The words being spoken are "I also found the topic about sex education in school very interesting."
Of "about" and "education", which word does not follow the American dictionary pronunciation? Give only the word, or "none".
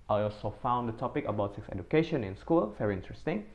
none